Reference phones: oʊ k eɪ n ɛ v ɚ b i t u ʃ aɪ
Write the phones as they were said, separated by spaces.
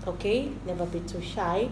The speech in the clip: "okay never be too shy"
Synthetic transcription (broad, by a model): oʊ k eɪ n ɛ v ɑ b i s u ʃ aɪ